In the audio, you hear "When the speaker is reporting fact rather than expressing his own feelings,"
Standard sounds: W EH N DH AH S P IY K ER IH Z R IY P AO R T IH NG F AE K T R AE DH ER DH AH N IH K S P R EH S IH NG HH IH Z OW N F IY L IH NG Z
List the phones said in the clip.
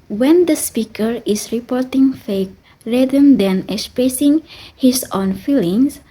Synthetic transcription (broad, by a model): W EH N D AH S P IY K ER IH S R IY P AO R T IH NG F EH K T R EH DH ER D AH N IH K S P R EH S IH NG HH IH S OW N F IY L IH NG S